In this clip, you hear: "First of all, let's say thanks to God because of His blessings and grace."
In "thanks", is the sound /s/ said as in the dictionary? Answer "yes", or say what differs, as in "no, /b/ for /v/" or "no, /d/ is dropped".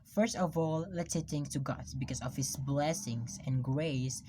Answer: no, /s/ is dropped